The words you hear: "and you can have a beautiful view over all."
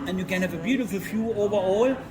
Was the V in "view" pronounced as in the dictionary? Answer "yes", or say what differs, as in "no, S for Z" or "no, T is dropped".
no, F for V